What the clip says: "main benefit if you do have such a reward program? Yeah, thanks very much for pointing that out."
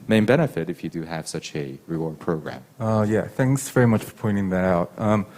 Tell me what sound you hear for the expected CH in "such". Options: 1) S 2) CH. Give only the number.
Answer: 2